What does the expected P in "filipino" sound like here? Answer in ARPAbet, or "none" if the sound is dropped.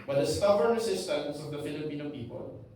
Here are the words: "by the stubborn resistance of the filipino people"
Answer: P